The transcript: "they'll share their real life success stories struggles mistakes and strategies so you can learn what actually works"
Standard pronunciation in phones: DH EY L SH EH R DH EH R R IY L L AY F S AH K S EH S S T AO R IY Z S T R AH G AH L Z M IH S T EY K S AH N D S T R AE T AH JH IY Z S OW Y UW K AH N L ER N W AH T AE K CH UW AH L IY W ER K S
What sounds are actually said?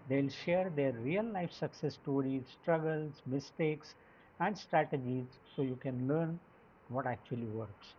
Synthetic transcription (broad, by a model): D EY L SH EH R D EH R R IY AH L AY F S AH K S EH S S T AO R IY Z S T R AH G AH L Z M IH S T EY K S AH N D S T R AE T AH JH IY Z S OW Y UW K AH N L ER N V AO T AE K CH UW AH L IY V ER K S